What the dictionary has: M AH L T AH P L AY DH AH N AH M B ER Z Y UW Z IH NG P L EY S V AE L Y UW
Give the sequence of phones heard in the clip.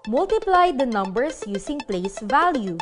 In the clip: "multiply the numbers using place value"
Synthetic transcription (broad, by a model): M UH L T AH P L AY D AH N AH M B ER S Y UW S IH NG P L EY S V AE L Y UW